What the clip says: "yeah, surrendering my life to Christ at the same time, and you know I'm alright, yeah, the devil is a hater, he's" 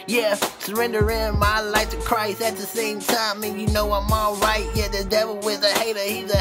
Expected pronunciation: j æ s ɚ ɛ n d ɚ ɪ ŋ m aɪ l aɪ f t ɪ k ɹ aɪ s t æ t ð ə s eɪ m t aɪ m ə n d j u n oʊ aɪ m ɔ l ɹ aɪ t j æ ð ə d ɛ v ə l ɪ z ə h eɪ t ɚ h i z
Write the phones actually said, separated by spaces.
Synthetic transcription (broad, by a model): j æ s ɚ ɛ n d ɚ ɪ m aɪ l aɪ f t ɪ k ɹ aɪ s t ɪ t ð ə s eɪ m t aɪ m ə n j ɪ n oʊ aɪ m ɔ l ɹ aɪ t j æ ð ə d ɛ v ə l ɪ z ə h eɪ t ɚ h i z